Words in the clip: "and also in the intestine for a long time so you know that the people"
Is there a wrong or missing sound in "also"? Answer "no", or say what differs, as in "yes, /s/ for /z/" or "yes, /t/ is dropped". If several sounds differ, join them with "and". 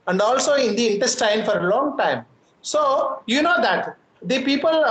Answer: no